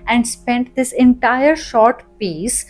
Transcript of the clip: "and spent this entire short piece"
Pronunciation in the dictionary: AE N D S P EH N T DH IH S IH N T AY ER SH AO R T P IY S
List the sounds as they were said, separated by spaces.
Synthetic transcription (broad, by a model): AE N D S P EH N T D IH S IH N T AY ER SH AO R T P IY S